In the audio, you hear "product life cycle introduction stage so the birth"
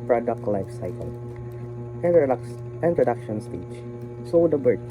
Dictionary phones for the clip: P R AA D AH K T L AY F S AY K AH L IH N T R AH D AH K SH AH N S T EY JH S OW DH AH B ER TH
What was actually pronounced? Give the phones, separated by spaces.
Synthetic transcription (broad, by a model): P R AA D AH K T L AY F S AY K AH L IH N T R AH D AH K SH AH N S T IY CH S OW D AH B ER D